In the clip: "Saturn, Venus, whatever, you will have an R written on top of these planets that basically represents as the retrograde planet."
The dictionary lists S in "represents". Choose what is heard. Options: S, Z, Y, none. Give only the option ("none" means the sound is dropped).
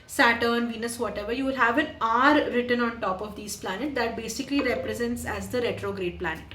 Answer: S